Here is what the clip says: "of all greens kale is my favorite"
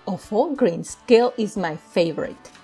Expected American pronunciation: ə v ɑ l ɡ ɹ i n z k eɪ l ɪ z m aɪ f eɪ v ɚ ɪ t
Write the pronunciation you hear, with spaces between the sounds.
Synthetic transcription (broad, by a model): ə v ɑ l ɡ ɹ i n s k eɪ l ɪ z m aɪ f eɪ v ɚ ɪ t